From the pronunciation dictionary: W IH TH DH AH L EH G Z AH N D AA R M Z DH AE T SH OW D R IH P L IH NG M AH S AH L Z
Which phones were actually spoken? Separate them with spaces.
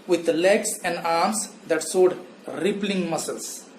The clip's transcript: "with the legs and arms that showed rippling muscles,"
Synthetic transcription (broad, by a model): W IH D L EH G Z AH N D AA R M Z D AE T S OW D R IH P L IH NG M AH S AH L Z